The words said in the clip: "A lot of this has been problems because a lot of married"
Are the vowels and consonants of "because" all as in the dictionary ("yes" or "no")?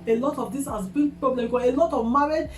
no